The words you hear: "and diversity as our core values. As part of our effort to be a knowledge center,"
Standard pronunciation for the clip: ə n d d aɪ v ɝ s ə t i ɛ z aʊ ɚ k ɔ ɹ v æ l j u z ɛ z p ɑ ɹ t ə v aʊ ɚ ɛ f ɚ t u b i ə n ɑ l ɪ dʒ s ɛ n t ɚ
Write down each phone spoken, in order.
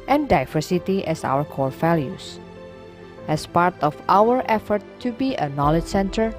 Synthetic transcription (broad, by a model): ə n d d aɪ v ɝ s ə t i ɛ s aʊ ɚ k ɔ ɹ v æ l j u s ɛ s p ɑ ɹ t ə f aʊ ɚ ɛ f ɚ t u b i ə n ɑ l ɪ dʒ s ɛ n t ɚ